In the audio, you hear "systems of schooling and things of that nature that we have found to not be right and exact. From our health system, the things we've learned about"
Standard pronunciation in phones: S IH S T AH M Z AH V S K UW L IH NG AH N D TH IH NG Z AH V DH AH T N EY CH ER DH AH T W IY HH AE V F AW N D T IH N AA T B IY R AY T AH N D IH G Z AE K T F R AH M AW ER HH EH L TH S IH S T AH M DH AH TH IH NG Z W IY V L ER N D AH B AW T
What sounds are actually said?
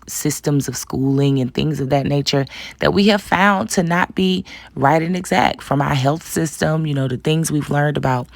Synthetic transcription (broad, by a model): S IH S T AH M Z AH V S K UW L IH NG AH N TH IH NG Z AH V DH AH T N EY CH ER DH AH T W IY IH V F AW N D T IH N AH T B IY R AY T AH N IH G Z AE K T F R AH M AW ER HH EH L TH S IH S T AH M DH AH TH IH NG Z W IY V L ER N D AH B AW T